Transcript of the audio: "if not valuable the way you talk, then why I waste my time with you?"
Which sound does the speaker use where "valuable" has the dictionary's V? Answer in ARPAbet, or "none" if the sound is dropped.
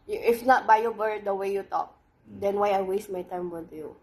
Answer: B